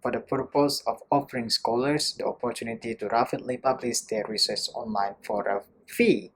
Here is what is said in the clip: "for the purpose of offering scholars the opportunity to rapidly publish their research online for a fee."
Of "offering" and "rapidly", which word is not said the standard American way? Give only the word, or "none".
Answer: rapidly